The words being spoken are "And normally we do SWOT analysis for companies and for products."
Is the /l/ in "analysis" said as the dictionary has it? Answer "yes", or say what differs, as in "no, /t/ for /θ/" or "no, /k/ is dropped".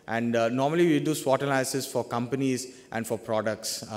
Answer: no, /l/ is dropped